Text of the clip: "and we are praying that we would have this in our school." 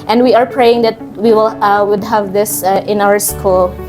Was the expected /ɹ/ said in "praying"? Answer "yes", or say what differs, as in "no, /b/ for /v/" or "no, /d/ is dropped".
yes